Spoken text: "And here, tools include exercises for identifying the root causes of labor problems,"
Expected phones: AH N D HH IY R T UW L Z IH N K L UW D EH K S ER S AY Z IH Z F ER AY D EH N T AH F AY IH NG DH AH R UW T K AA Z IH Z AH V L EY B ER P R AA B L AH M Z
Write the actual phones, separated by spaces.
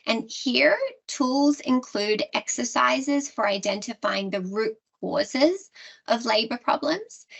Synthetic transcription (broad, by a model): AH N HH IY R T UW L Z IH N K L UW D EH K S ER S AY Z IH Z F ER AY D EH N T AH F AY IH NG DH AH R UW T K AA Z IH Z AH V L EY B ER P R AA B L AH M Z